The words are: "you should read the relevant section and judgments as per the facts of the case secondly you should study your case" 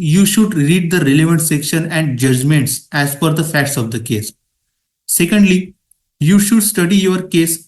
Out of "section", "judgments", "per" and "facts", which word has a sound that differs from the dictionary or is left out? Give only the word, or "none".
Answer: per